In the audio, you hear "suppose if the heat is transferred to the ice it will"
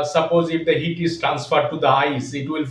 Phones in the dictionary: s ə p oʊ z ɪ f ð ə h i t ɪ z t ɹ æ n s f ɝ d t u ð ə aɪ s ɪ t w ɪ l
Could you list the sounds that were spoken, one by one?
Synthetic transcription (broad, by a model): s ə p oʊ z ɪ f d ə h i t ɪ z t ɹ æ n s f ɝ d t u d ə aɪ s ɪ t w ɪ l